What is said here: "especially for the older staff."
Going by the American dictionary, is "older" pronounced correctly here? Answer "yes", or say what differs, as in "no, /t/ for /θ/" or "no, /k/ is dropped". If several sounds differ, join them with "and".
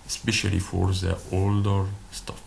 yes